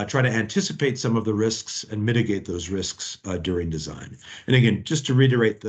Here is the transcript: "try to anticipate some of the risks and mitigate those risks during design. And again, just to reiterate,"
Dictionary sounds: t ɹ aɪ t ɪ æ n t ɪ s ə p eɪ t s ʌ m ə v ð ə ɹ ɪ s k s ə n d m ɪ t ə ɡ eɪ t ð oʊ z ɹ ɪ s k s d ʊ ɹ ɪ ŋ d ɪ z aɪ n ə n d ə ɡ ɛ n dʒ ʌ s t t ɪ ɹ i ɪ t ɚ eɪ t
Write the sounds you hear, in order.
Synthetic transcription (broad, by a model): t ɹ aɪ t ɪ æ n t ɪ s ə p eɪ t s ʌ m ə v ð ə ɹ ɪ s k s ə n m ɪ t ə ɡ eɪ t ð oʊ z ɹ ɪ s k s d ʊ ɹ ɪ ŋ d ɪ z aɪ n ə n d ə ɡ ɛ n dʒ ʌ s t t ɪ ɹ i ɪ t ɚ eɪ t